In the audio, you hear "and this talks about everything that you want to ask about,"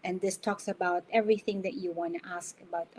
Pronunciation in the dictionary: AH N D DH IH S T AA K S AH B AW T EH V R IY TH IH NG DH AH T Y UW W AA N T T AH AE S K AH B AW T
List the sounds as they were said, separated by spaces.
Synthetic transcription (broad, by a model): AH N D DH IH S T AA K S AH B AW T EH V R IY TH IH NG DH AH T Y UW W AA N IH T AE S K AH B AW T